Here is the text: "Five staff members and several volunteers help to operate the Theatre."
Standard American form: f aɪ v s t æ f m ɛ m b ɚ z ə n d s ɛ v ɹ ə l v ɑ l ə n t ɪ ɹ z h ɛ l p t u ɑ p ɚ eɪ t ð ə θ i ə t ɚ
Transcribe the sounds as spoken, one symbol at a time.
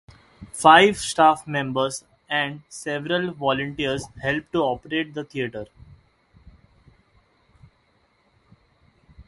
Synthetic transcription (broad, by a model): f aɪ v s t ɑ f m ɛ m b ɚ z ə n d s ɛ v ɹ ə l v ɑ l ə n t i ɹ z h ɛ l p t u ɑ p ɚ eɪ t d ə t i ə t ɚ